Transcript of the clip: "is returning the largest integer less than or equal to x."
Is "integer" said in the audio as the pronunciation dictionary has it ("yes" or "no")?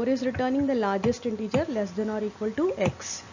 yes